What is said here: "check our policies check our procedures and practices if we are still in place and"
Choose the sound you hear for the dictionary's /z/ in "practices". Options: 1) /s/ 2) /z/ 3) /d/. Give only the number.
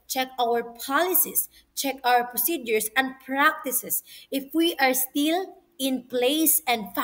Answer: 1